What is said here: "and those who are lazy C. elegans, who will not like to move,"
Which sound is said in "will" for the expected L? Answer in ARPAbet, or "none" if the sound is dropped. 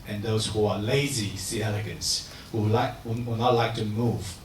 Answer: W